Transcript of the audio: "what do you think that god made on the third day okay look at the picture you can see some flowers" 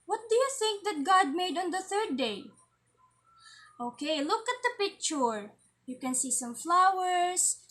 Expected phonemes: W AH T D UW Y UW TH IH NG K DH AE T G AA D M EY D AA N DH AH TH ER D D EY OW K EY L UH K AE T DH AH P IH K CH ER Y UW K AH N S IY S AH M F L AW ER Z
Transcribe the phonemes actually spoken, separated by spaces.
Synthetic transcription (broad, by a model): W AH T D UW Y UW TH IH NG K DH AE T G AA D M EY D AA N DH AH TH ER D D EY OW K EY L UH K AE T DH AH P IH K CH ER Y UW K AH N S IY S AH M F L AW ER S